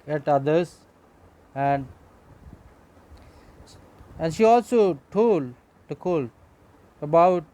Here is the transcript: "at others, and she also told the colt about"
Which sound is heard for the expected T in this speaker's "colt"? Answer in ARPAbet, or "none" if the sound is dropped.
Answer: none